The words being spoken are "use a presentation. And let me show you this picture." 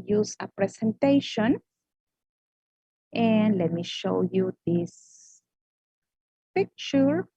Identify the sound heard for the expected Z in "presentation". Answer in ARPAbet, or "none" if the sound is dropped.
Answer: S